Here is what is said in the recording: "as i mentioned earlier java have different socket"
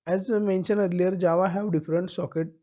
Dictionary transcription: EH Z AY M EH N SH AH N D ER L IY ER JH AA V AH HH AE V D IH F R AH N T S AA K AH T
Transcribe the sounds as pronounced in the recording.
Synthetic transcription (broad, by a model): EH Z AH M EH N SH AH N ER L IY ER JH AA V AH HH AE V D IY F R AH N T S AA K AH T